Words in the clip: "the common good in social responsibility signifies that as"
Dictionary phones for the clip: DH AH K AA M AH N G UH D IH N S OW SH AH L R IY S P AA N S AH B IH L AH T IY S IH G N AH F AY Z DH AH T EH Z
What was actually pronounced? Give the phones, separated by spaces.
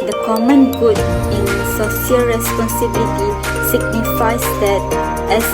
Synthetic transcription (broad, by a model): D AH K AA M AH N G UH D IH N S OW S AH L R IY S P AA N S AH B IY L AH T IY S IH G N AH F AY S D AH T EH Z